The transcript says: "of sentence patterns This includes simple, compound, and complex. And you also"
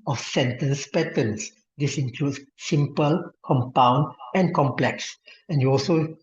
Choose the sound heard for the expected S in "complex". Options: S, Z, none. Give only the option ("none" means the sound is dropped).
S